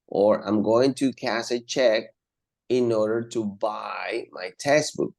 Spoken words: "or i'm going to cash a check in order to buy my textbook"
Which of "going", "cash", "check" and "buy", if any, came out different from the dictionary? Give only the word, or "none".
cash